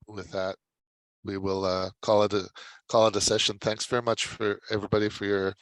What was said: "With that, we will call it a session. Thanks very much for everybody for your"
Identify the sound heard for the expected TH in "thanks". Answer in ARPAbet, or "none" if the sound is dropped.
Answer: TH